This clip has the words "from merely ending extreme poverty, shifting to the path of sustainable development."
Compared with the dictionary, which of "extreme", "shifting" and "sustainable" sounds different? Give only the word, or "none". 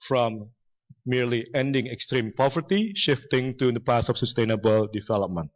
none